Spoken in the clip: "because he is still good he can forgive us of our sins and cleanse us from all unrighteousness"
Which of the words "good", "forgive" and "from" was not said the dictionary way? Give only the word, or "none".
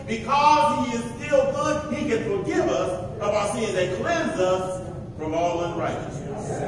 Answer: none